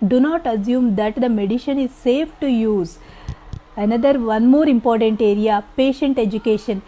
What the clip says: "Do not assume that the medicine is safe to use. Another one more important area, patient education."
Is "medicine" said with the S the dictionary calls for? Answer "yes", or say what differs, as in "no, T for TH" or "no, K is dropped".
no, SH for S